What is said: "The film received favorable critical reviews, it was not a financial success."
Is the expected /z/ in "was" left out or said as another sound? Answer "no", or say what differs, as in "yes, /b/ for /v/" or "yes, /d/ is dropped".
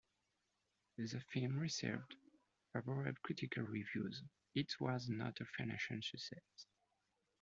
no